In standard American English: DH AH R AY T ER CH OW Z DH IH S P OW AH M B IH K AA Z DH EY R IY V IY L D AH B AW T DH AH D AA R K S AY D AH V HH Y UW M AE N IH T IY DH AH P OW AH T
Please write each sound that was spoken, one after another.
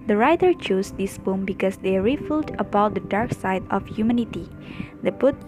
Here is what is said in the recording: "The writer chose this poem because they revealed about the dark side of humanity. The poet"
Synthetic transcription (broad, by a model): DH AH R AY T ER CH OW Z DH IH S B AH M B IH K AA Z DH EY R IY F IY L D AH B AW T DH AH D AA R K S AY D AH F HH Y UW M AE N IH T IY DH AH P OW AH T